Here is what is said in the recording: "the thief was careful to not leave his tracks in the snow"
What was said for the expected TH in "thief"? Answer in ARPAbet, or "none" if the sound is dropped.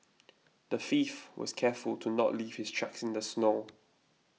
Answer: F